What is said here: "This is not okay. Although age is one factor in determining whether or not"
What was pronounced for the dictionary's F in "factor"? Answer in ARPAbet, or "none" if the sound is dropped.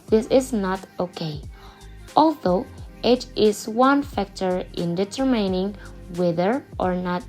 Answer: F